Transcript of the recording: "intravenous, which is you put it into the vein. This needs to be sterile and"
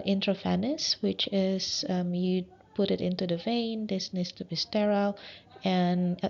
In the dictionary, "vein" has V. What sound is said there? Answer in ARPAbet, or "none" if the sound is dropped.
V